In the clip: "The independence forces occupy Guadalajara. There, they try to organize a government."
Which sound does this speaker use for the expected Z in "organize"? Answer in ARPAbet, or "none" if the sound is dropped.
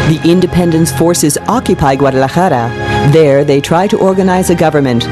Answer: Z